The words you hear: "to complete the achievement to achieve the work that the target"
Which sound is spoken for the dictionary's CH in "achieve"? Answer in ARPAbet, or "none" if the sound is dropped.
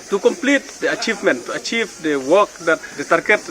CH